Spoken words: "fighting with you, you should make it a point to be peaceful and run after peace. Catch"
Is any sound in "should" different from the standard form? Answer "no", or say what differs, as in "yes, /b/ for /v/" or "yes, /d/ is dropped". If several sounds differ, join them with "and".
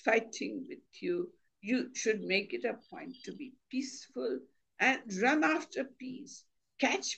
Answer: no